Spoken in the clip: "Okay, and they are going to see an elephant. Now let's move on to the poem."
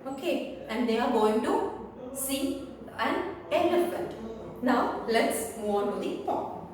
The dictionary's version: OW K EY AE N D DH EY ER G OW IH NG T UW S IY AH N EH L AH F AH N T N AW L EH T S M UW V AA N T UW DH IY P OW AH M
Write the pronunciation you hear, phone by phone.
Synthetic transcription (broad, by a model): OW K EY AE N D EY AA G OW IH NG T UW S IY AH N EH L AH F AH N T N AW L EH T S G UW AA N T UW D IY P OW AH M